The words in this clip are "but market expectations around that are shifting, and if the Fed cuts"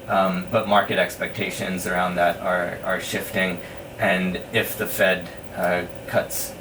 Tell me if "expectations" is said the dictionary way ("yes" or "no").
yes